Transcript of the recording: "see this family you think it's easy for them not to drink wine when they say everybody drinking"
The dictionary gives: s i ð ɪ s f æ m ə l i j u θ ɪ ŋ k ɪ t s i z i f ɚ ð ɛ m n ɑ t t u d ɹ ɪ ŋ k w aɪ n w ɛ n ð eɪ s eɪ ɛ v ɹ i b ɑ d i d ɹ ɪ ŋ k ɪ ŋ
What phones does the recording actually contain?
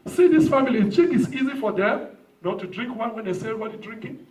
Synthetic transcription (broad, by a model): s i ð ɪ s f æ m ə l i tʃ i k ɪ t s i z i f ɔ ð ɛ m n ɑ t t u d ɹ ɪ ŋ k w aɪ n w ɛ n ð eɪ s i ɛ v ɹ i b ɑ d i d ɹ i ŋ k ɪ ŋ